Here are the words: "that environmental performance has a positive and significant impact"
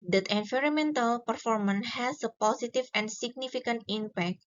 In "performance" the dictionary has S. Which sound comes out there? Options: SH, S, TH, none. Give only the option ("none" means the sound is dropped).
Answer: none